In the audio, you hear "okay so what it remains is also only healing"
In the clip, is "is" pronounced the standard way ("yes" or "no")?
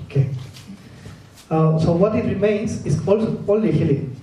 no